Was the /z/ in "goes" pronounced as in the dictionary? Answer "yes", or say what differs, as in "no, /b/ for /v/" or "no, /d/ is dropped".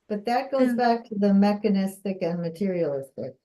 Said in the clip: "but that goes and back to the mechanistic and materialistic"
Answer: no, /z/ is dropped